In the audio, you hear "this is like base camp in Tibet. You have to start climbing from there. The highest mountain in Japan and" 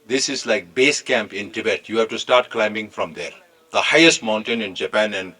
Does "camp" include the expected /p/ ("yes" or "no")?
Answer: yes